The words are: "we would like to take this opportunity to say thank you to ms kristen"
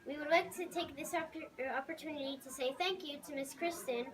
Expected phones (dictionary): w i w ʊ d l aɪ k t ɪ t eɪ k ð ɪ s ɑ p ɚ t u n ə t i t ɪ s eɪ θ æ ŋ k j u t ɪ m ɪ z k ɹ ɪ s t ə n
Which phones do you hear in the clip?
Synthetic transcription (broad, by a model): w i w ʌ d l aɪ k t ɪ t eɪ k ð ɪ s ɑ p ɚ t u n ə t i t ɪ s eɪ θ æ ŋ k j u t ɪ m ɪ s k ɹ ɪ s t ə n